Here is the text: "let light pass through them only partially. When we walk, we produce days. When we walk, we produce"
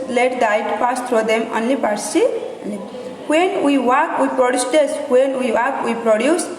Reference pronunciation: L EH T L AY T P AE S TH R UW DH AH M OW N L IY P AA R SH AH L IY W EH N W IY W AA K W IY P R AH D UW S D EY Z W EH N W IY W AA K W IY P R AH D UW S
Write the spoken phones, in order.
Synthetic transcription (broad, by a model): L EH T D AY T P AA S T R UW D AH M OW N L IY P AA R S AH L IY W EH N W IY W AA K W IY P R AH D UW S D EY S W EH N W IY W AA K W IY P R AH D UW S